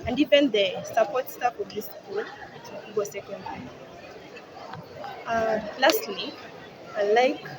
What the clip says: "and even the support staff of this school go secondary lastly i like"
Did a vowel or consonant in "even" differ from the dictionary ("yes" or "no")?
yes